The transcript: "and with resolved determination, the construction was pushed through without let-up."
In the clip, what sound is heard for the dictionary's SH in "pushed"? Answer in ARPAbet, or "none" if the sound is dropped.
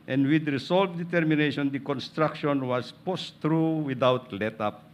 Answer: S